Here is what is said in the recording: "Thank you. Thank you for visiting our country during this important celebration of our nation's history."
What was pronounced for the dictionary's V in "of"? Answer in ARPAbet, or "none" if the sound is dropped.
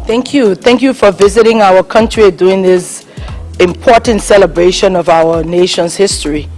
V